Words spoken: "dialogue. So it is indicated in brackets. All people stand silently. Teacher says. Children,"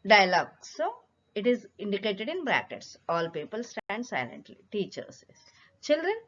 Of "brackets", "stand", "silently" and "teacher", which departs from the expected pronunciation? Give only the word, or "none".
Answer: none